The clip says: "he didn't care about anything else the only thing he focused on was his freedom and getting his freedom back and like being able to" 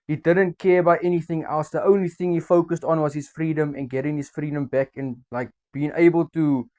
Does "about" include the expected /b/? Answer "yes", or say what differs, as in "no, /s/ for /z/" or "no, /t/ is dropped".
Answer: no, /b/ is dropped